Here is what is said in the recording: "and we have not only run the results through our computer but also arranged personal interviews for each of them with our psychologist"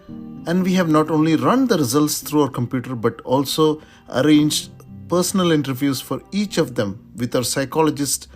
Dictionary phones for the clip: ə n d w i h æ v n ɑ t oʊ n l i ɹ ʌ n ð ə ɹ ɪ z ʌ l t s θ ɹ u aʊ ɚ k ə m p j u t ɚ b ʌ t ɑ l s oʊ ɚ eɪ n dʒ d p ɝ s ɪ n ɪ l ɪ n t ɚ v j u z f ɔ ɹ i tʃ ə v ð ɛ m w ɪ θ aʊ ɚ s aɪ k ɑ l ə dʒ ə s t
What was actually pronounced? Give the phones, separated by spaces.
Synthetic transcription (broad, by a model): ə n d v i h æ v n ɑ t oʊ n l i ɹ ʌ n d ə ɹ ɪ z ʌ l t s t ɹ u aʊ ɚ k ə m p j u t ɚ b ʌ t ɑ l s oʊ ɚ eɪ n dʒ d p ɝ s ɪ n ɪ l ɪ n t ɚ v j u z f ɔ ɹ i tʃ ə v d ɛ m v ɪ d aʊ ɚ s aɪ k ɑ l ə dʒ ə s t